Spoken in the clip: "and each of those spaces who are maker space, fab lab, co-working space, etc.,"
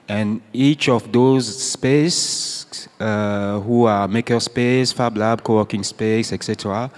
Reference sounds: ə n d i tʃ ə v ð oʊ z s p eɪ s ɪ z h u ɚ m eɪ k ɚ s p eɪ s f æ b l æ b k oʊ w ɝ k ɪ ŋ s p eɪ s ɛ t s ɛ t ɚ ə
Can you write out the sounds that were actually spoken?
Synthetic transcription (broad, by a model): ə n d i tʃ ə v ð oʊ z s p eɪ s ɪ h u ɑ m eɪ k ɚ s p eɪ s f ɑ b l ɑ b k oʊ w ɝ k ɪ ŋ s p eɪ s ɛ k s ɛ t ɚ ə